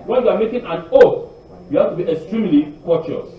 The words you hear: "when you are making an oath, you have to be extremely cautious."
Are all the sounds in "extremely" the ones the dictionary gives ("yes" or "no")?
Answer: yes